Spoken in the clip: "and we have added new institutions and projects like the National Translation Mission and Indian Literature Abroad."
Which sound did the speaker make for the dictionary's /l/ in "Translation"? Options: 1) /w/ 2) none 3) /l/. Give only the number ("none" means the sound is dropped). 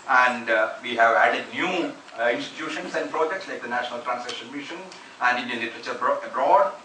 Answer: 2